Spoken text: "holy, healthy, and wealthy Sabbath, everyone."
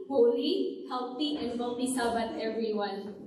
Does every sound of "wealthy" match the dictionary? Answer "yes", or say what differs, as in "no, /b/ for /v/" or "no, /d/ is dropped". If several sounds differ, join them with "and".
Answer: no, /t/ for /θ/